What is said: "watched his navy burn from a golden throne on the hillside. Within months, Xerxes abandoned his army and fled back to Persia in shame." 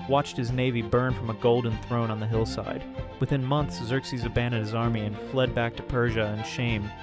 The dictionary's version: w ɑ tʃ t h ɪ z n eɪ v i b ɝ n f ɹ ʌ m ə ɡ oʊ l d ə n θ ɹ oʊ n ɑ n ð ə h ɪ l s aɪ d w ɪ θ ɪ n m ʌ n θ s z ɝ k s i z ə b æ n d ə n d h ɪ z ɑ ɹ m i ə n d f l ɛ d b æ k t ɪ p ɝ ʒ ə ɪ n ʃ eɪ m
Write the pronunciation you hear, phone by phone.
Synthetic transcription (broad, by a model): w ɑ tʃ t h ɪ z n eɪ v i b ɝ n f ɹ ʌ m ə ɡ oʊ l d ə n θ ɹ oʊ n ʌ n ð ə h ɪ l s aɪ d w ɪ θ ɪ n m ʌ n θ s z ɝ k s i z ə b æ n d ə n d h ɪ z ɑ ɹ m i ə n f l ɛ d b æ k t ɪ p ɝ ʒ ə ɪ n ʃ eɪ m